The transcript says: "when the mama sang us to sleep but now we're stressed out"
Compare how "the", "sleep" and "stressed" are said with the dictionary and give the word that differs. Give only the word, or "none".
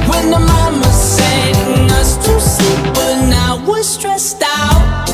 sleep